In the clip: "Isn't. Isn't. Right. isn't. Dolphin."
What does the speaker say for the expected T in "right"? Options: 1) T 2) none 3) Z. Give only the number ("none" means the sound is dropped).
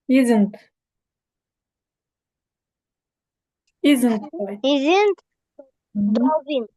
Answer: 2